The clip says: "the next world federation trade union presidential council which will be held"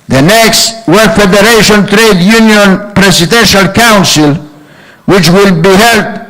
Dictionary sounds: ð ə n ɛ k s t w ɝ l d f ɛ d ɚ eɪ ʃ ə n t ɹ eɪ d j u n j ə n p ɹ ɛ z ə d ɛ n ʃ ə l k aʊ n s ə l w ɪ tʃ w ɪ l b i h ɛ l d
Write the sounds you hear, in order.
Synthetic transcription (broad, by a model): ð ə n ɛ k s t w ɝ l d f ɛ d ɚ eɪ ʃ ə n t ɹ eɪ d j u n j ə n p ɹ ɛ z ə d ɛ n ʃ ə l k aʊ n s ə l w ɪ tʃ w ɪ l b i h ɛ l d